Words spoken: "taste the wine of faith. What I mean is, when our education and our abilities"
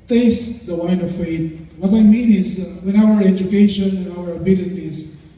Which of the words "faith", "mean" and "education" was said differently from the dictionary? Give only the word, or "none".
faith